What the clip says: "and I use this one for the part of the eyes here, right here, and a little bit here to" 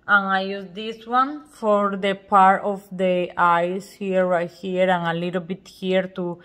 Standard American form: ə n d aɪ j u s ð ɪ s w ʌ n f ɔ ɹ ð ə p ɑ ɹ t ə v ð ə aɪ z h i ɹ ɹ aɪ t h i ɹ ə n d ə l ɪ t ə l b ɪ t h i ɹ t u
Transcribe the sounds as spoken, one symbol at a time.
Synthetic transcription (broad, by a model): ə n aɪ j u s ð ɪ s w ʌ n f ɔ ɹ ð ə p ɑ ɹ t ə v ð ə aɪ s h i ɹ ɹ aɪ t h i ɹ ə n ə l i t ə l b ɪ t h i ɹ t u